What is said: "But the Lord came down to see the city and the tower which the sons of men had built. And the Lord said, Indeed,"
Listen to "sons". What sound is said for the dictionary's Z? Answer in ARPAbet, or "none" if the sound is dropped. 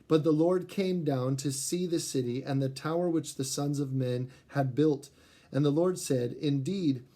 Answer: Z